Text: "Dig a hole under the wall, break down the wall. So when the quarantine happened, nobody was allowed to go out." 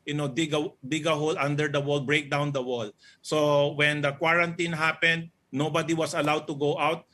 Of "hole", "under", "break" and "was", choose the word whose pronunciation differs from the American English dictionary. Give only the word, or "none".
was